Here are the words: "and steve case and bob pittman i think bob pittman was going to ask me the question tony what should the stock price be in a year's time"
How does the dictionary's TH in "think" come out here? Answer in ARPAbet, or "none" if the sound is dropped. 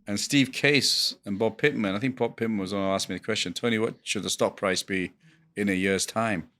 TH